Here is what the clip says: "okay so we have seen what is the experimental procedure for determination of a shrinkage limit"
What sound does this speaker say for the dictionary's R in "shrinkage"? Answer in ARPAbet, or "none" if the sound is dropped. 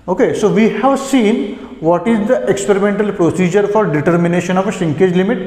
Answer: none